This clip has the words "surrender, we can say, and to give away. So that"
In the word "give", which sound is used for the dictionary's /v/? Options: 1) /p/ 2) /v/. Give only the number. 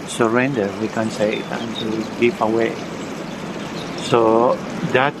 1